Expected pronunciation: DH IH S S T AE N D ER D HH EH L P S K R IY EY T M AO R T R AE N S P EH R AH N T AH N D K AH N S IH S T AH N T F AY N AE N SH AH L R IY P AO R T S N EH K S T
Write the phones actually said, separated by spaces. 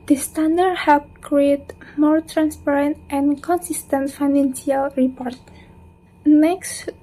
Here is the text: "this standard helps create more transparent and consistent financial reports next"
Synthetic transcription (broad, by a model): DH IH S S T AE N D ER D HH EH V K R IY EY T M AO R T R AE N S P EH R AH N T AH N K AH N S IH S T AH N T F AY N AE N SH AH L R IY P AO R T N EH K S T